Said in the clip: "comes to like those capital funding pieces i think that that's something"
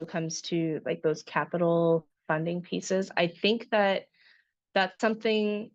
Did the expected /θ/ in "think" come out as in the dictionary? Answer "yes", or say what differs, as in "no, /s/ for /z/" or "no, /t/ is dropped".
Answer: yes